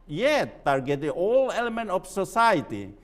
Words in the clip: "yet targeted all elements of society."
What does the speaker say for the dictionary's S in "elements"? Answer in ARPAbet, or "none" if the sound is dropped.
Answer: none